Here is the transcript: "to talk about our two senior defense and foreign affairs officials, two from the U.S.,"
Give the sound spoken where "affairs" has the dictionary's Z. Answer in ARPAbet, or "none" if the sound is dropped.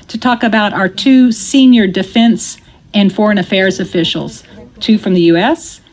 Z